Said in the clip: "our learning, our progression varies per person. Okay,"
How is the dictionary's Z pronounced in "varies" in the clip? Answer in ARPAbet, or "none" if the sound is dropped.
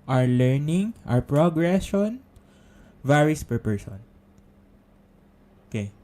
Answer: S